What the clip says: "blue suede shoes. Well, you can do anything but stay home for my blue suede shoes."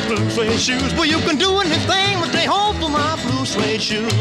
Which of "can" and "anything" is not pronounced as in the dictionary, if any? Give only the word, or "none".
none